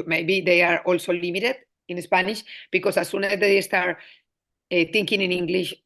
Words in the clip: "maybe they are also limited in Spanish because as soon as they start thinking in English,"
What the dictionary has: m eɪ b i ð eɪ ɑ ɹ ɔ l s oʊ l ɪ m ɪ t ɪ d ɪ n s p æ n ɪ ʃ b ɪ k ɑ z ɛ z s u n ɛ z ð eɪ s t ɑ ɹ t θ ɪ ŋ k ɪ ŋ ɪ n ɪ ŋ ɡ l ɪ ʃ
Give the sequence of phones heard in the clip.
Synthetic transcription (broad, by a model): m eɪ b i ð eɪ ɑ ɹ ɔ l s oʊ l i m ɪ t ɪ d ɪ n s p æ n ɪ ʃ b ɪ k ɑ s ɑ s u n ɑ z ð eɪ s t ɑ ɹ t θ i ŋ k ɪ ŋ ɪ n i ŋ ɡ l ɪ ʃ